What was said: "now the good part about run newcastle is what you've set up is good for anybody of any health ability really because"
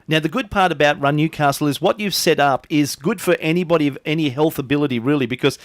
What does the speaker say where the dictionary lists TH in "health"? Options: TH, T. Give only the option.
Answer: TH